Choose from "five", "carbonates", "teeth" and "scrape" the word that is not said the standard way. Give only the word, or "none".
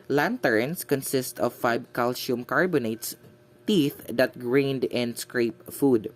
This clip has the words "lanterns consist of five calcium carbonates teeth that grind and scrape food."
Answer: five